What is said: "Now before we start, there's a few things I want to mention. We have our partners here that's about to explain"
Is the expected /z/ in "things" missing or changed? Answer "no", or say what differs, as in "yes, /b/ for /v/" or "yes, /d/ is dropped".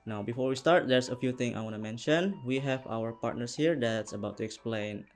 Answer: yes, /z/ is dropped